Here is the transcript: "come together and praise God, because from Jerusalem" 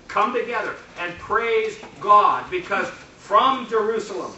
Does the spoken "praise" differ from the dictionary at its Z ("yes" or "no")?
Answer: no